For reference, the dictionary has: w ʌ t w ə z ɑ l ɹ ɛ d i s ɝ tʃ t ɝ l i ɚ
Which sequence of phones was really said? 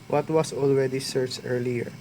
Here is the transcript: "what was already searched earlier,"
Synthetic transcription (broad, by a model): w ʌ t w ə s ɑ l ɹ ɛ d i s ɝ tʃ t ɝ l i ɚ